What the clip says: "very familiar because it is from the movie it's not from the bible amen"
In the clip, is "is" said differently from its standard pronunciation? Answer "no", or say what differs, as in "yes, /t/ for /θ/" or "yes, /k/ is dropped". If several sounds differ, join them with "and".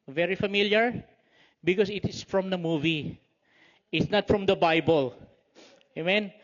yes, /s/ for /z/